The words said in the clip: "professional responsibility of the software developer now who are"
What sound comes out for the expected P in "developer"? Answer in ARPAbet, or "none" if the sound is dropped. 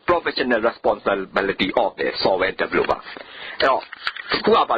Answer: B